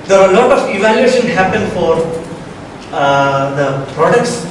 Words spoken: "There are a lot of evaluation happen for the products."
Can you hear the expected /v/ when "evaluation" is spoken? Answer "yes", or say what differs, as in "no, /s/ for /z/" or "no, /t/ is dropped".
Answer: yes